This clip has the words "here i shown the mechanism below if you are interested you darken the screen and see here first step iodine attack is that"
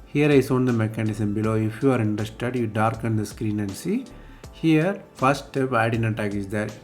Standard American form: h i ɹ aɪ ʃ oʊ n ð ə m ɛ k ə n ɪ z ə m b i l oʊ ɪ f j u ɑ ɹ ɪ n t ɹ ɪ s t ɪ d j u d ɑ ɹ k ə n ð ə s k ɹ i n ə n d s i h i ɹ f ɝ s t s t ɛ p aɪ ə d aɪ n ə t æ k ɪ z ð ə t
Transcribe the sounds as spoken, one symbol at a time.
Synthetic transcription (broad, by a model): h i ɹ aɪ s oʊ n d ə m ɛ k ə n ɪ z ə m b i l oʊ ɪ f j u ɑ ɹ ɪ n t ɹ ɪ s t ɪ d j u d ɑ ɹ k ə n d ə s k ɹ i n ə n d s i h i ɹ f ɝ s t s t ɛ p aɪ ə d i n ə t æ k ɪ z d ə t